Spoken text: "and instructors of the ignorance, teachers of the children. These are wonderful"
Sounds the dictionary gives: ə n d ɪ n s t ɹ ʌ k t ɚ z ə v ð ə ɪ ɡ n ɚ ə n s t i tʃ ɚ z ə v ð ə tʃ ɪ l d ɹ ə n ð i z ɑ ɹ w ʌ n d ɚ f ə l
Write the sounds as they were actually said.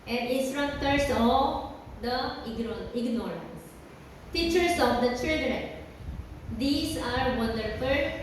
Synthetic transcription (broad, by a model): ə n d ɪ s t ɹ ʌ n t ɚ s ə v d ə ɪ ɡ n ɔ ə n s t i tʃ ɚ s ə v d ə tʃ ɪ l d ɹ ə n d i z ɑ ɹ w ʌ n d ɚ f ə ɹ